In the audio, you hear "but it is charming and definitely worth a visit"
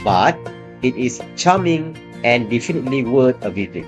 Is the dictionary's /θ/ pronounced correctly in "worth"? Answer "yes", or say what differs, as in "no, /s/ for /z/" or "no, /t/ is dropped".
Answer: no, /t/ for /θ/